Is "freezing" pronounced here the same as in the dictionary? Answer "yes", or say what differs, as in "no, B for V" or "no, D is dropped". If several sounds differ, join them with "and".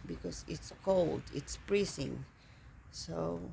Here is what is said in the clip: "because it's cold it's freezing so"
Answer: no, P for F